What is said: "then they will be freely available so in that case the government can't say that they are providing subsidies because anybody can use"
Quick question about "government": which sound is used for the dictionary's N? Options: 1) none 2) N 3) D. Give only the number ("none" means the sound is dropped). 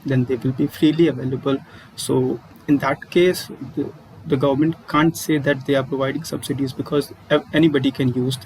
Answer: 2